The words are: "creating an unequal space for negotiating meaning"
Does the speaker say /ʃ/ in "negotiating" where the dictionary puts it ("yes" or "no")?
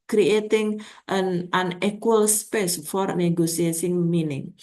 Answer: no